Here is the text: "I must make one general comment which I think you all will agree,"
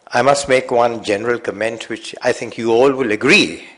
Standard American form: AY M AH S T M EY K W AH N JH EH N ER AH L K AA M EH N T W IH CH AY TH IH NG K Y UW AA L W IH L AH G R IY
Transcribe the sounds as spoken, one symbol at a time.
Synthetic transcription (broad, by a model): AY M AH S T M EY K W AH N JH EH N ER AH L K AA M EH N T W IH CH AY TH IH NG K Y UW AA L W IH L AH G R IY